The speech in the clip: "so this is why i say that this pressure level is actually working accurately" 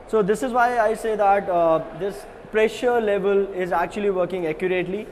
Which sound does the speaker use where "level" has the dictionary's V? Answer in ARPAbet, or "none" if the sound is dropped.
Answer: V